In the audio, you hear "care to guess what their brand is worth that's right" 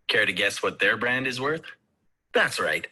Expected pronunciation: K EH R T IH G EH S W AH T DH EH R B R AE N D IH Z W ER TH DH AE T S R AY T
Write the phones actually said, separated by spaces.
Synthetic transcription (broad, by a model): K EH R T IH G EH S W AH T DH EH R B R AE N D IH Z W ER TH DH AE T S R AY T